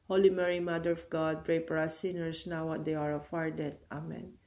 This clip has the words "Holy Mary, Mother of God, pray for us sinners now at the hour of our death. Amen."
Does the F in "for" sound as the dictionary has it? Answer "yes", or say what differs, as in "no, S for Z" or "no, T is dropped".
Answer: no, P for F